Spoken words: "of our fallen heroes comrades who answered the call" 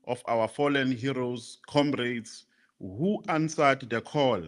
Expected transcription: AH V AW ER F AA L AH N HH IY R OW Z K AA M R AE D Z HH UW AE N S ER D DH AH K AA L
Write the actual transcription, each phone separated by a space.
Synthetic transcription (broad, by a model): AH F AW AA F AA L AH N HH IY R OW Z K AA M R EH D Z HH UW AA N S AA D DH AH K AA L